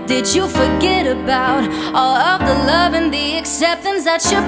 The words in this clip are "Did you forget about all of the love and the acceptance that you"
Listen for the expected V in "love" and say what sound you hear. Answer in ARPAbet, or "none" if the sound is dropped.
V